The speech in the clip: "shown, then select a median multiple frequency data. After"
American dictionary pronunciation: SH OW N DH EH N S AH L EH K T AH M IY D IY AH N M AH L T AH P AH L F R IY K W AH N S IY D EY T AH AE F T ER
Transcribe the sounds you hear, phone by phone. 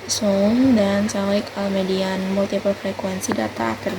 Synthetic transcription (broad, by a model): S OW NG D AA N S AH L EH K AH M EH D IY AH N M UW L T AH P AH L F R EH K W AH N S IY D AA T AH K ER